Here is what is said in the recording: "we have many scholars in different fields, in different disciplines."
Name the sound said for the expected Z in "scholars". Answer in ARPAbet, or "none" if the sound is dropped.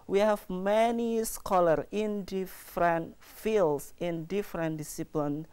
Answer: none